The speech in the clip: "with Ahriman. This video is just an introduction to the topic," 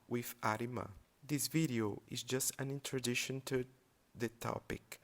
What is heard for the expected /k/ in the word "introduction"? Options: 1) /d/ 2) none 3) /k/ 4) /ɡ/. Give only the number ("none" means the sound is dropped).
2